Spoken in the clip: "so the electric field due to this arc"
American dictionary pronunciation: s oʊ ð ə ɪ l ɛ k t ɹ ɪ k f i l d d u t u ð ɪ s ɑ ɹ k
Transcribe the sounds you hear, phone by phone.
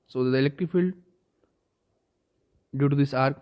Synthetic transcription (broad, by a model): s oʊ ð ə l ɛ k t ɪ f i l d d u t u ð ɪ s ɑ ɹ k